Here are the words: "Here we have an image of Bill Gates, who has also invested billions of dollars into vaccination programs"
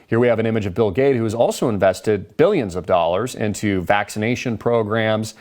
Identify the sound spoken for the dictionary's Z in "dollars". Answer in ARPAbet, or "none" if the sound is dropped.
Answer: Z